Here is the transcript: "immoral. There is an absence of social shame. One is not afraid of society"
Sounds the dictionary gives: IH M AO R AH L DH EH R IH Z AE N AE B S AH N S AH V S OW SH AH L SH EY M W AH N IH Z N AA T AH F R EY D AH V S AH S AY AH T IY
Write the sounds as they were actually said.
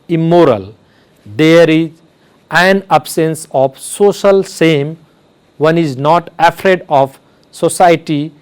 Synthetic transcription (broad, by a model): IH M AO R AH L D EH R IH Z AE N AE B S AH N S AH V S OW SH AH L S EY M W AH N IH Z N AA T AH F R EY D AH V S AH S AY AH T IY